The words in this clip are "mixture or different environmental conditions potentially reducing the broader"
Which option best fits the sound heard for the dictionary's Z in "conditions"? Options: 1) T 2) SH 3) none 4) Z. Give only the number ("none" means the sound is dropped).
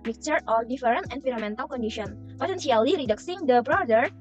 3